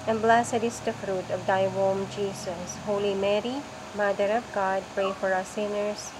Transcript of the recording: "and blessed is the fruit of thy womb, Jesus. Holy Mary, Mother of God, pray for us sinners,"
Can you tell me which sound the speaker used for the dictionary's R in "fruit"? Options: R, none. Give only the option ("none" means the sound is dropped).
R